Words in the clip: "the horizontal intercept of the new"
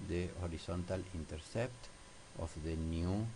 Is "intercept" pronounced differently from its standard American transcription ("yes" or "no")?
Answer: no